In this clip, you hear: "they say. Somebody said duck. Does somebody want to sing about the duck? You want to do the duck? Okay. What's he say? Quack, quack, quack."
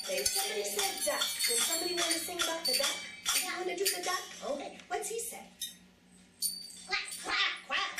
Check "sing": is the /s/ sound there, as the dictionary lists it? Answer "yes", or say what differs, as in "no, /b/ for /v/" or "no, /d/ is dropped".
no, /θ/ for /s/